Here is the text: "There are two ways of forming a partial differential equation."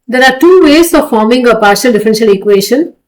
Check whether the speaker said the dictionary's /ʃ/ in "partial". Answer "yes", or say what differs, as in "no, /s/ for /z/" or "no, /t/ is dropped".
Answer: yes